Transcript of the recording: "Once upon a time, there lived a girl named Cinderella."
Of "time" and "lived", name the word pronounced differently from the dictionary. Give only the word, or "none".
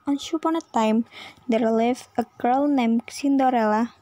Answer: lived